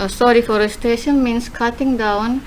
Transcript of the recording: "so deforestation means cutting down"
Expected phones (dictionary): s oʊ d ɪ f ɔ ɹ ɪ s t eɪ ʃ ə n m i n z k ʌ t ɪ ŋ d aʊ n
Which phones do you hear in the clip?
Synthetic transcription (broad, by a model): s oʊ d ɪ f ɔ ɹ ɪ s t eɪ ʃ ə n m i n s k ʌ t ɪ ŋ d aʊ n